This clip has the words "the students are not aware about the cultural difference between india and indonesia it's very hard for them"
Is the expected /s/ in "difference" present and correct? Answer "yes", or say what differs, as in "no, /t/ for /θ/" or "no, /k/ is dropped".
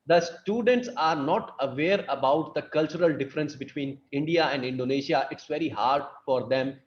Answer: yes